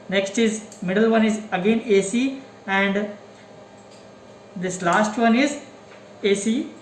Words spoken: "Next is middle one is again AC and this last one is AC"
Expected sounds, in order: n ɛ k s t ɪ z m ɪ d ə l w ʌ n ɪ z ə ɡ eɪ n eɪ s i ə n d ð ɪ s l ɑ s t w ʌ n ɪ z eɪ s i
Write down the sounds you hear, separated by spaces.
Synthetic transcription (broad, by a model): n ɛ k s t ɪ z m ɪ d ə l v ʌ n ɪ z ə ɡ eɪ n eɪ s i ə n d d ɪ s l ɑ s t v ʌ n ɪ z eɪ s i